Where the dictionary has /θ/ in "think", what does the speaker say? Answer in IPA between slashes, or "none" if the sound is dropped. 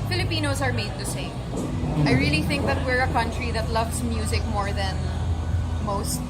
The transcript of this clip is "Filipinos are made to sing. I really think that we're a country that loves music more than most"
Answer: /θ/